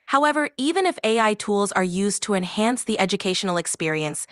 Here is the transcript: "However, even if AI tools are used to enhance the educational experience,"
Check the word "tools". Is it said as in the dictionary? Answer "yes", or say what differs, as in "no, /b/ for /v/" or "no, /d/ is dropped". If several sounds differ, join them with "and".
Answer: yes